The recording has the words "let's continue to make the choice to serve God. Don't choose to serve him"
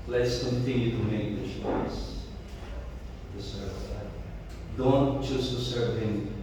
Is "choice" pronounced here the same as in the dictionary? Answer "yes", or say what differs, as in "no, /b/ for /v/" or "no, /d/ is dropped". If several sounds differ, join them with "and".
no, /ʃ/ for /tʃ/